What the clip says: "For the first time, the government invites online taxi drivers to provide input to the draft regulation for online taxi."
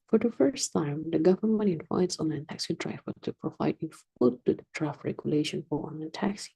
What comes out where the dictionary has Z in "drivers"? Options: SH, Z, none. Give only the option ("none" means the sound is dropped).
none